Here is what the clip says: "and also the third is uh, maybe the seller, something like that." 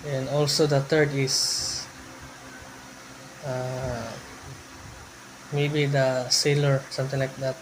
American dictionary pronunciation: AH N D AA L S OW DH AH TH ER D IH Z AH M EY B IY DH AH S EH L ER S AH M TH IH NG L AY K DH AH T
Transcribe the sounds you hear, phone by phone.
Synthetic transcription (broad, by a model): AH N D AA L S OW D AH T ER D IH S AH M EY B IY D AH S EH L ER S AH M T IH NG L AY K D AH T